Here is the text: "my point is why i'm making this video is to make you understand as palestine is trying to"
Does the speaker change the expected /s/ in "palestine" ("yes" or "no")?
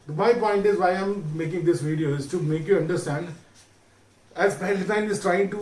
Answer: yes